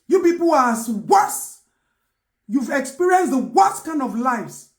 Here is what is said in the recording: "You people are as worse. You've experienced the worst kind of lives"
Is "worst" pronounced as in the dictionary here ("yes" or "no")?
no